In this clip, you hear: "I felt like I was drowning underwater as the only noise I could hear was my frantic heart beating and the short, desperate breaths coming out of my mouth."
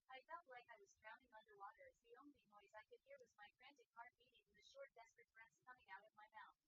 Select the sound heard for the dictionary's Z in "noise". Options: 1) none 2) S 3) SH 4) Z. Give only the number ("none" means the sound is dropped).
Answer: 4